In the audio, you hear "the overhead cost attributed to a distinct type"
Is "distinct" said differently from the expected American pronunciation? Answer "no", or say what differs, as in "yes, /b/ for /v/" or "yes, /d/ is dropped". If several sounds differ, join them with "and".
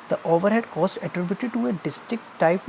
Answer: yes, /ŋ/ is dropped